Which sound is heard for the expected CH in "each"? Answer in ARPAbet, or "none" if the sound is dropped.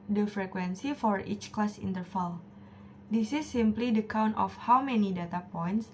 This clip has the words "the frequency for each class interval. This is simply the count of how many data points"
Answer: CH